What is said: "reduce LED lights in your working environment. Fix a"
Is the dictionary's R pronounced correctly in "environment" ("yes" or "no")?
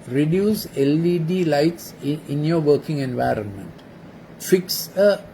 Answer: yes